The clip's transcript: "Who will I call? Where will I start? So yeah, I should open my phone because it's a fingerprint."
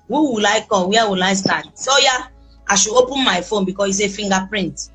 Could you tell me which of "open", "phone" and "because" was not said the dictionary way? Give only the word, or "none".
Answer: because